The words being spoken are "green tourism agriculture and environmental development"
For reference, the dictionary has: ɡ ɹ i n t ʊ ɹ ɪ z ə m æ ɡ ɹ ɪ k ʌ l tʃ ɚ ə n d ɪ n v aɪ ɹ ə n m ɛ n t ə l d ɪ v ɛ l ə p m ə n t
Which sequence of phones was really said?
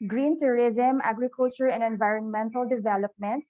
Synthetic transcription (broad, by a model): ɡ ɹ i n t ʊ ɹ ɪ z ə m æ ɡ ɹ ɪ k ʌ l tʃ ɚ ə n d ɪ n v aɪ ɹ ə n m ɛ n t ə l d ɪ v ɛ l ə p m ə n t